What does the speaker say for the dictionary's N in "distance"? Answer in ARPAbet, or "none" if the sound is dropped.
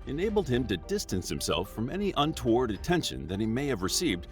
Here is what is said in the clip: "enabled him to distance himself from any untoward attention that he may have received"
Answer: N